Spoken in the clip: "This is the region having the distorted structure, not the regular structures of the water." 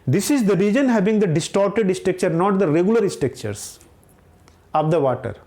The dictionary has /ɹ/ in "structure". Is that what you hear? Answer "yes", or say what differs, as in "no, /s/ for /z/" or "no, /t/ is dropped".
no, /ɹ/ is dropped